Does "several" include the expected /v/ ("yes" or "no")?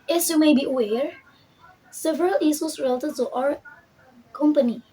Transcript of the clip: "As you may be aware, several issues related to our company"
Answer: yes